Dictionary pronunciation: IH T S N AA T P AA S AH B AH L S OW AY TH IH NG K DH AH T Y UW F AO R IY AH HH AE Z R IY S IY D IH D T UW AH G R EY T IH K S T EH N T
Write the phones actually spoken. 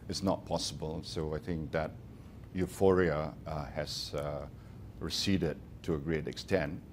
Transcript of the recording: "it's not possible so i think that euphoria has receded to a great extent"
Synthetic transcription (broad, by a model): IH T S N AA T P AA S AH B AH L S OW AY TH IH NG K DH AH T Y UW F AO R IY AH HH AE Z R IY S IY D IH D T UW AH G R EY T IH K S T EH N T